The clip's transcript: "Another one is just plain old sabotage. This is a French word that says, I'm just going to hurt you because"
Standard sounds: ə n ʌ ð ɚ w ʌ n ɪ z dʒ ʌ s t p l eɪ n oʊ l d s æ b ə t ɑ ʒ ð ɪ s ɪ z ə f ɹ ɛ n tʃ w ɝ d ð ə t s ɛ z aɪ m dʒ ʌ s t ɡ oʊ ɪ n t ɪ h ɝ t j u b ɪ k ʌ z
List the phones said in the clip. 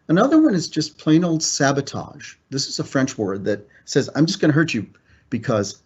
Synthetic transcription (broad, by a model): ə n ʌ ð ɚ w ʌ n ɪ z dʒ ʌ s p l eɪ n oʊ l d s æ b ə t ɑ ʒ ð ɪ s ɪ z ə f ɹ ɛ n tʃ w ɝ d ð ə t s ɛ z aɪ m dʒ ʌ s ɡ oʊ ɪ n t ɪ h ɝ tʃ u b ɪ k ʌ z